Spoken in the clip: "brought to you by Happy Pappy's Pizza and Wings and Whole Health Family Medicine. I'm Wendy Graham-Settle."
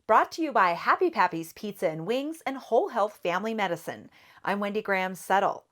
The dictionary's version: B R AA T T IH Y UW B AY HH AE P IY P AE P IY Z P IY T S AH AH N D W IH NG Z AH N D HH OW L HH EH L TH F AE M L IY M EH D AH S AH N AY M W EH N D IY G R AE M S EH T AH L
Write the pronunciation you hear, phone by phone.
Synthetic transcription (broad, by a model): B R AA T T IH Y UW B AY HH AE P IY P AE P IY Z P IY T S AH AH N W IH NG Z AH N HH OW L HH EH L TH F AE M L IY M EH D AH S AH N AY M W EH N D IY G R AE M S EH T L